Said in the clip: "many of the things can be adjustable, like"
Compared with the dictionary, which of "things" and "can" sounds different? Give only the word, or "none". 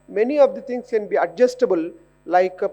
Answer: things